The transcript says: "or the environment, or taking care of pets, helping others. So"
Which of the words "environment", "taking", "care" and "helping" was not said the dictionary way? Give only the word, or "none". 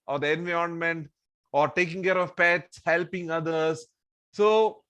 environment